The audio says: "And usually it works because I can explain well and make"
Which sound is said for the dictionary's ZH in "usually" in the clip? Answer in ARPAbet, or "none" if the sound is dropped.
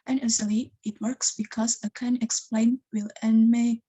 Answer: Z